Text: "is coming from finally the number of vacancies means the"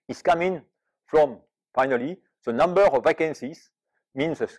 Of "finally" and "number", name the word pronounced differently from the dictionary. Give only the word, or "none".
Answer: none